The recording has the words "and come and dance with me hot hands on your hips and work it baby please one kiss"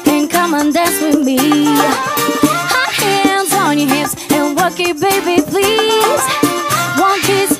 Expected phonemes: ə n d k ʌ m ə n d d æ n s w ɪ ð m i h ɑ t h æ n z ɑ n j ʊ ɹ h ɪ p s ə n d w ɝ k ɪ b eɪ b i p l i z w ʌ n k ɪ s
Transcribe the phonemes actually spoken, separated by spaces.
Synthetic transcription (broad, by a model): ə n k ʌ m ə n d d æ n s w ɪ ð m i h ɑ h æ n z n j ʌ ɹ h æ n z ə n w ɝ k ɪ b eɪ b i p l i z w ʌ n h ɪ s